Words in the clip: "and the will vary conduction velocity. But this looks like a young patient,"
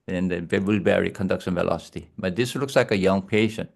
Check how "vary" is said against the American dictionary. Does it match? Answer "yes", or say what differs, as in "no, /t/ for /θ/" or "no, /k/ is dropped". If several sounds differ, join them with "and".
no, /b/ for /v/